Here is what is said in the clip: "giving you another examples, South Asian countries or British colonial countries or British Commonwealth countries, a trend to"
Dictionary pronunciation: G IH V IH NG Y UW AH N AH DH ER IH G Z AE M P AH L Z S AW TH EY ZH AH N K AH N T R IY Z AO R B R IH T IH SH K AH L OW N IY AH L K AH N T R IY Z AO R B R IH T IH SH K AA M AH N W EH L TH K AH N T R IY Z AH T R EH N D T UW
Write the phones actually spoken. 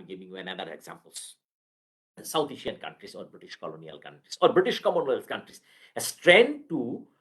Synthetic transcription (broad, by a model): G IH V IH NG Y UW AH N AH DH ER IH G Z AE M P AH L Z S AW T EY SH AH N K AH N T R IY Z AO R B R IH T IH SH K AH L OW N IY AH L K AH N T R IY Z AO R B R IH T IH SH K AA M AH N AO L S K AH N T R IY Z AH T R EH N D T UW